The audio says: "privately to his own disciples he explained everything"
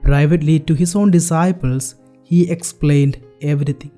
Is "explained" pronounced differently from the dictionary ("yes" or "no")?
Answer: no